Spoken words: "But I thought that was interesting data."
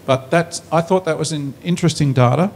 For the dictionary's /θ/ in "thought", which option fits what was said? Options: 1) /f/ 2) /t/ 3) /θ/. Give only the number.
3